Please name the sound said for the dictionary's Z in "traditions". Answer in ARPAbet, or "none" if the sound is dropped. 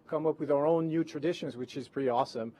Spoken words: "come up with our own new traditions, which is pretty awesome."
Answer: Z